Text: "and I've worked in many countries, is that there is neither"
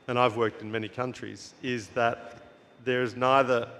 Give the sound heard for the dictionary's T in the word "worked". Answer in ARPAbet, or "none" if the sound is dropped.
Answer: T